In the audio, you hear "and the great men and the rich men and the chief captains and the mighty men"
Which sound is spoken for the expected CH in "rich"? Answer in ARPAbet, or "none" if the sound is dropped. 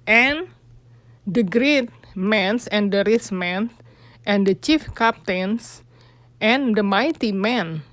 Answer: S